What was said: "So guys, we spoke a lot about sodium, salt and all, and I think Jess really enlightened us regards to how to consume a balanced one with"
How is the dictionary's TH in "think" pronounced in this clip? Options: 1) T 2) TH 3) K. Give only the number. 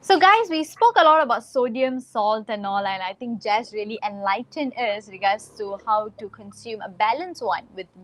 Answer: 1